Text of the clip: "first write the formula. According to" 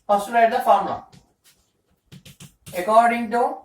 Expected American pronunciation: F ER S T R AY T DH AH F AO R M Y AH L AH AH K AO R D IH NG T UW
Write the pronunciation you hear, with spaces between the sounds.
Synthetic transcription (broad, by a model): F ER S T L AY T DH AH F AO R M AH AH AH K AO R D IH NG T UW